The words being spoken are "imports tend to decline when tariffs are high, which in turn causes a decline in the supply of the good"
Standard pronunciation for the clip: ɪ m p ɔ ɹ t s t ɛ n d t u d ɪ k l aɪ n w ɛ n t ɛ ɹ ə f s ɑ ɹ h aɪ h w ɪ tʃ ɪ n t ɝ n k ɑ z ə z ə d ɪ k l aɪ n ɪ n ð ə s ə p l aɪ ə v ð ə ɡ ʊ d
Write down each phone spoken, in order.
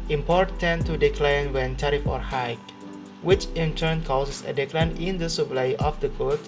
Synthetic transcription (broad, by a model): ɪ m p ɔ ɹ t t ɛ n t u d ɪ k l aɪ n w ɛ n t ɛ ɹ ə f ɑ ɹ h aɪ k w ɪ tʃ ɪ n t ɝ n k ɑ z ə s ə d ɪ k l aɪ n ɪ n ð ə s ə p l aɪ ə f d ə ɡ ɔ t